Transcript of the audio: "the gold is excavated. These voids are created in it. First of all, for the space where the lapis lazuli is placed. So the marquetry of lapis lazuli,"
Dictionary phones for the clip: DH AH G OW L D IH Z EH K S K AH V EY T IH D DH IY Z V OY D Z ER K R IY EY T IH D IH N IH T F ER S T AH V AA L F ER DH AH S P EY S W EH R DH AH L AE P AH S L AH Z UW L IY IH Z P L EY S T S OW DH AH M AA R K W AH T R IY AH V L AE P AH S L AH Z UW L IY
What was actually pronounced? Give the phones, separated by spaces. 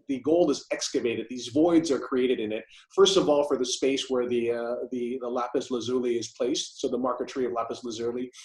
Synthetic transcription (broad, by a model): DH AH G OW L IH Z EH K S K AH V EY T IH D DH IY Z V OY D Z ER K R IY EY T IH D IH N IH T F ER S T AH V AA L F ER DH AH S P EY S W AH R DH AH L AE P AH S L AH Z UW L IY IH Z P L EY S T S OW DH AH M AA R K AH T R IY AH V L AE P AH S L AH Z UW L IY